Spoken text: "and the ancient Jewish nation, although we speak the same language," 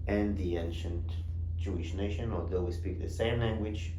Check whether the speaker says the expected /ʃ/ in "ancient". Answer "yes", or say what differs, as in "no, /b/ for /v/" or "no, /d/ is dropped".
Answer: yes